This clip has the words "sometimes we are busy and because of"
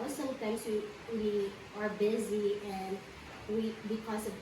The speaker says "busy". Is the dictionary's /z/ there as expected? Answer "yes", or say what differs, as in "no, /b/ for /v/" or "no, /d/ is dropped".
yes